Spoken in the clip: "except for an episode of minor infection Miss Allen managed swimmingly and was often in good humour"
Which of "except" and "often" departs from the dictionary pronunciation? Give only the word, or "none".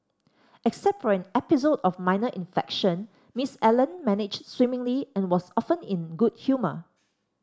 none